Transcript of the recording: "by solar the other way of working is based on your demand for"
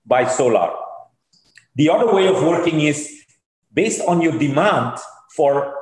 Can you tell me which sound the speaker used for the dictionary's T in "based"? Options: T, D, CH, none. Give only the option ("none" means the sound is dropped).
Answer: T